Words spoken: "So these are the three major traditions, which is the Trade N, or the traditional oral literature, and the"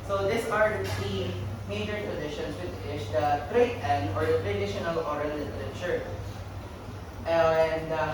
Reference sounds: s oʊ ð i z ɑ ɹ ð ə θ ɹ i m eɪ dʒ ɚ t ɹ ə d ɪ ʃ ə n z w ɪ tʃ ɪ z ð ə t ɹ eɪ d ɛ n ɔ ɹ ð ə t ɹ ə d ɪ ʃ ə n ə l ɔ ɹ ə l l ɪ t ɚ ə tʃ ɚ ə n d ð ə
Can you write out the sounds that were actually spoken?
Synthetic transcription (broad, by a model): s oʊ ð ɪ s ɑ ɹ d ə t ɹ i m eɪ dʒ ɚ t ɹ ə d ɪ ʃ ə n s w ɪ tʃ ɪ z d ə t ɹ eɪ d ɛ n ɔ ɹ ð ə t ɹ ə d ɪ ʃ ə n ə l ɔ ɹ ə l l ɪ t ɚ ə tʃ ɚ ə n d